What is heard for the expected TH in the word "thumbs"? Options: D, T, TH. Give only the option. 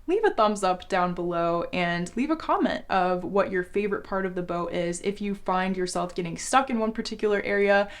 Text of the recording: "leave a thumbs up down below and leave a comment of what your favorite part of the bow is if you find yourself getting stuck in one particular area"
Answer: TH